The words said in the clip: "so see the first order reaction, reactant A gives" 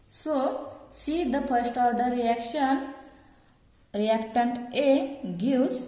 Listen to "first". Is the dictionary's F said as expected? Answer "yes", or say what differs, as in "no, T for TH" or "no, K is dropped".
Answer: no, P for F